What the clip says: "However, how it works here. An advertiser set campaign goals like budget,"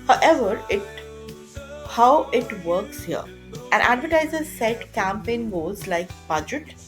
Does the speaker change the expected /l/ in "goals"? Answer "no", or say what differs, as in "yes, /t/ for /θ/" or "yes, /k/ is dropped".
yes, /l/ is dropped